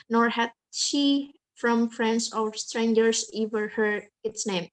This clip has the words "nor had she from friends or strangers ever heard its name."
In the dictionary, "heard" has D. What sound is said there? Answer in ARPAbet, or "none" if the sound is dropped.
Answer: none